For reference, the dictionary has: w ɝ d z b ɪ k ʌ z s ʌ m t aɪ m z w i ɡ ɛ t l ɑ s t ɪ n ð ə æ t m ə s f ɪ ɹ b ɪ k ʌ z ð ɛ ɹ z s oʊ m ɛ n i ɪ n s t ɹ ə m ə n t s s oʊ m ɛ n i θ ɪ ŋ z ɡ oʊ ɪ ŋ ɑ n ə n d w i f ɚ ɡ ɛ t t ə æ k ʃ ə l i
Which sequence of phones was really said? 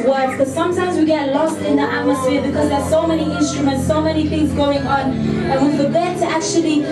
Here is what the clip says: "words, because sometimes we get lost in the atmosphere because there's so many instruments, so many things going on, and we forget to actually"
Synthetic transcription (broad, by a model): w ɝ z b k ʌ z s ʌ m t aɪ m z w i ɡ ɛ t l ɑ s t ɪ n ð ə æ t m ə s f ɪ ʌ b ɪ k ʌ z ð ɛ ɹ s oʊ m ɛ n i ɪ n s t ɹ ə m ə n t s s oʊ m ɛ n i θ ɪ ŋ z ɡ oʊ ɪ ŋ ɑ n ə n w i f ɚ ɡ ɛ t t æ k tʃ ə l i